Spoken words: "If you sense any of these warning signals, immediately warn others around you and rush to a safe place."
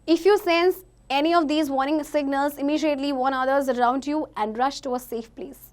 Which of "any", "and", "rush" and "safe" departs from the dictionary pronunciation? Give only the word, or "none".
none